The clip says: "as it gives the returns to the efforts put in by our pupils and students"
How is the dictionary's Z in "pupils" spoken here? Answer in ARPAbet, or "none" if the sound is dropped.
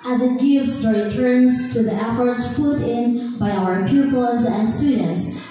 Z